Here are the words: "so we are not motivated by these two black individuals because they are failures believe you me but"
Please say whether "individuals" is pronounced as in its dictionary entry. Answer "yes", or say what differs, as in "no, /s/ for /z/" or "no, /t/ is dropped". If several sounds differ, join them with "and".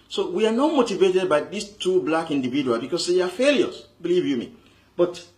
no, /z/ is dropped